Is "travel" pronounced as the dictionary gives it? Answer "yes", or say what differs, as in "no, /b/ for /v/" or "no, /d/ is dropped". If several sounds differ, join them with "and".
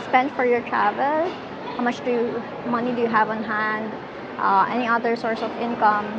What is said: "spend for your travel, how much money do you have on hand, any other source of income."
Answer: yes